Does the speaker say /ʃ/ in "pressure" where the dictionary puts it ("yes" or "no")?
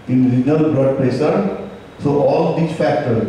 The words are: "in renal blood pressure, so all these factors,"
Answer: no